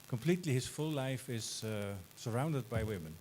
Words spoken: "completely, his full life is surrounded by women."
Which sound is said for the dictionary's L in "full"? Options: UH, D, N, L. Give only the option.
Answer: L